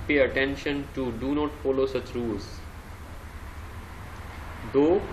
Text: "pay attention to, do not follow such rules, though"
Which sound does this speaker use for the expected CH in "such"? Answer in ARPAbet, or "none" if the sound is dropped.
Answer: CH